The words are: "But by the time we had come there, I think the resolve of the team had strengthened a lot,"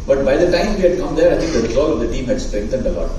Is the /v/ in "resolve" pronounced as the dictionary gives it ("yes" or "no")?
no